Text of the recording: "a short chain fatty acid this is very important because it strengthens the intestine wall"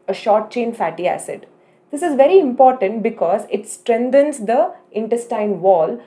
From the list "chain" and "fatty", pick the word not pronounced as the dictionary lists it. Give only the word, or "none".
none